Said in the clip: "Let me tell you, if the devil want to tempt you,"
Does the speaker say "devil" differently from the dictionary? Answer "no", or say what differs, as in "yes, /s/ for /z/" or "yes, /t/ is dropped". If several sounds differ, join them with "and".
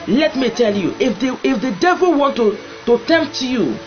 no